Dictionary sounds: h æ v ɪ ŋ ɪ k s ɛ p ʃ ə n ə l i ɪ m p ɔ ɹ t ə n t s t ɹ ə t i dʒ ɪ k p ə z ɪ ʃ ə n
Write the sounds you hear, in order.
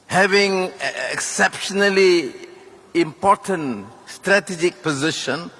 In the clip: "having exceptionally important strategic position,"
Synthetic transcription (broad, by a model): h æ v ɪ ŋ ɪ k s ɛ p ʃ ə n ə l i ɪ m p ɔ ɹ t ə n t s t ɹ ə t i dʒ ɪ k p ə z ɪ ʃ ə n